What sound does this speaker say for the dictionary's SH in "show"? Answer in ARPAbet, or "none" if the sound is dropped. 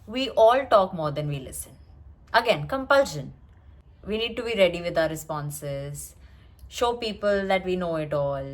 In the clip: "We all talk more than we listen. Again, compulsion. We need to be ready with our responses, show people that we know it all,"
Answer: SH